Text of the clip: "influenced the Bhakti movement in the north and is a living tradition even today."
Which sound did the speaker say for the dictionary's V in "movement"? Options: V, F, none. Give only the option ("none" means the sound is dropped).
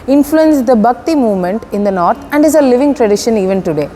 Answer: V